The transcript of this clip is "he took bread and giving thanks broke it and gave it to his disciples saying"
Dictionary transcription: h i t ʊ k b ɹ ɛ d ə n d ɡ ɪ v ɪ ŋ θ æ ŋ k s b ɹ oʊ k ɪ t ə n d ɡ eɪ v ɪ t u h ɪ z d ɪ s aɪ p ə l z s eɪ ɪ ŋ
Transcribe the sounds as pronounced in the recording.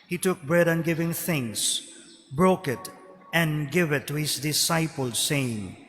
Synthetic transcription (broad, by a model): h i t ʊ k b ɹ ɛ d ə n ɡ ɪ v ɪ ŋ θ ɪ ŋ s b ɹ oʊ k ɪ t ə n ɡ eɪ v ɪ t u h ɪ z d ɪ s aɪ p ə l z s eɪ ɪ ŋ